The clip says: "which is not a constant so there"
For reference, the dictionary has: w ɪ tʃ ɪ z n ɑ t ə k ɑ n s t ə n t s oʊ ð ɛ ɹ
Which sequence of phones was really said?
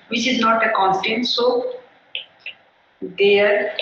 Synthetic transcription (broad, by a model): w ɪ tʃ ɪ z n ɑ t ə k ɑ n t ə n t s oʊ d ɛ ɹ